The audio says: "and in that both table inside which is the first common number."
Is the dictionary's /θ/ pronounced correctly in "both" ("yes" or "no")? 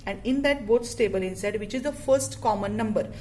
no